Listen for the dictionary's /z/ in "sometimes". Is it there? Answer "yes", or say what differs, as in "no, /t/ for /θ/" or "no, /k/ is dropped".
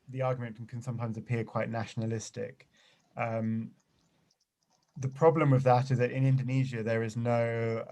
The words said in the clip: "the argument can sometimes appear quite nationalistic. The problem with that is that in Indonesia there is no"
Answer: yes